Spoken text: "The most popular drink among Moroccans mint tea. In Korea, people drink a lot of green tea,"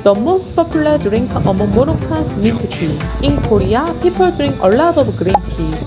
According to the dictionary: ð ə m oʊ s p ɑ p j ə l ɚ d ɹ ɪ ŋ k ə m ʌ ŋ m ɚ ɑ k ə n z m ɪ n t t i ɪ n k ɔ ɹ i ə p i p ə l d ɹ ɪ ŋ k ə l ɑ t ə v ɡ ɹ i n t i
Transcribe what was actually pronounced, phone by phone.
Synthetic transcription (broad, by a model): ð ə m oʊ s p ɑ p j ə l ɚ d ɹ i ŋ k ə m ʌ m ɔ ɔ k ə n s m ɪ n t t i ɪ n k ɔ ɹ i ə p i p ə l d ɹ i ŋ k ə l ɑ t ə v ɡ ɹ i n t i